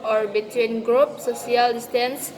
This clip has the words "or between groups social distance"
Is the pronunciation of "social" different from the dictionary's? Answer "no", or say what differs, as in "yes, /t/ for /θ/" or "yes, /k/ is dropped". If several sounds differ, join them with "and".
yes, /ʃ/ is dropped